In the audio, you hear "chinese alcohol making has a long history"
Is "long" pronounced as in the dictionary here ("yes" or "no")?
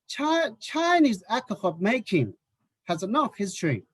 no